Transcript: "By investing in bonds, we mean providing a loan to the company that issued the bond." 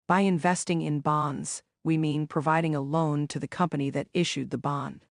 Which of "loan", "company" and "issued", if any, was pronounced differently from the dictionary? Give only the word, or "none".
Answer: none